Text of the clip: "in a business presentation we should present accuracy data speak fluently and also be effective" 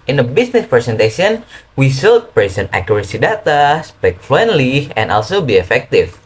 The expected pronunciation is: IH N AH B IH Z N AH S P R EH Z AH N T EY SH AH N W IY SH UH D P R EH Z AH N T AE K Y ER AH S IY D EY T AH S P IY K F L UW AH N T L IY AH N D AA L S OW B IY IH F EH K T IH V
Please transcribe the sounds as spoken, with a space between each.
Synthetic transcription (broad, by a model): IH N AH B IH S N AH S P R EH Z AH N T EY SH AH N W IY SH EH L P R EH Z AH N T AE K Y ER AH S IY D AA T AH S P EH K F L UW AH N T L IY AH N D AA L S OW B IY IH F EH K T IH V